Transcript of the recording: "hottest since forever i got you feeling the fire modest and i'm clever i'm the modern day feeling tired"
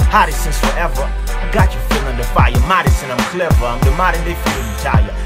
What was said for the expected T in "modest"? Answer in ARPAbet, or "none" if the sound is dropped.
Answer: none